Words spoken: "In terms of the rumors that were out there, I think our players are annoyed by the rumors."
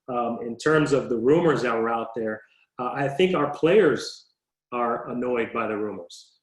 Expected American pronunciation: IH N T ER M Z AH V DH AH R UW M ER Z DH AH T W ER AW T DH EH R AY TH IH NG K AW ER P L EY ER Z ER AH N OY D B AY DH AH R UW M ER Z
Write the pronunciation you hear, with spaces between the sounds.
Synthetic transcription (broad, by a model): IH N T ER M Z AH V DH AH R UW M ER Z DH AH T W ER AW T DH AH R AY TH IH NG K AW ER P L EY ER Z ER AH N OY D B AY DH AH R UW M ER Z